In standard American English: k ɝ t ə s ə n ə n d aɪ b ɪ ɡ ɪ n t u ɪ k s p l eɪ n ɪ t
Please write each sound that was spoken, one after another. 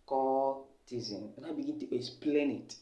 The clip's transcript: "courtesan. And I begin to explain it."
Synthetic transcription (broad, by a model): k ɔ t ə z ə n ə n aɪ b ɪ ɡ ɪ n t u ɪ s p l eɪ n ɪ t